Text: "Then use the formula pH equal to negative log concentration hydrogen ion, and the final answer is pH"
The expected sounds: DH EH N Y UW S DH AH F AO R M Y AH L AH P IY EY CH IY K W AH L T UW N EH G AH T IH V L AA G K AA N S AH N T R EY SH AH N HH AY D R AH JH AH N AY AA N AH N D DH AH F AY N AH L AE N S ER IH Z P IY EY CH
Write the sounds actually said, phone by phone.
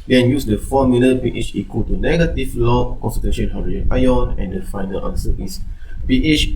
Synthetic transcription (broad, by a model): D EH N Y UW S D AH F AO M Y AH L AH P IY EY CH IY K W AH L T UW N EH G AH T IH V L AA K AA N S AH T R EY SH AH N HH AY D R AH AH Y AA N AH N D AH F AY N AH L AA N S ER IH S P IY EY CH